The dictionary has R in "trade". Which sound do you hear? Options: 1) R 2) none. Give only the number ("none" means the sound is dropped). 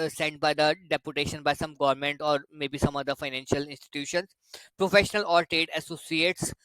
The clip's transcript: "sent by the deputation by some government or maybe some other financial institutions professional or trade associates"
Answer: 2